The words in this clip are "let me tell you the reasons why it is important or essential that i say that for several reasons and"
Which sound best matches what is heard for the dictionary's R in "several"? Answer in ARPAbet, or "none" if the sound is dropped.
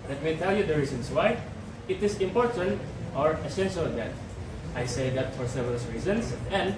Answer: none